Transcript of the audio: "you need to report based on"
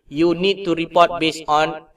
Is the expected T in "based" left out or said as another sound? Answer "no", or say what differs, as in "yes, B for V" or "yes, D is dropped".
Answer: yes, T is dropped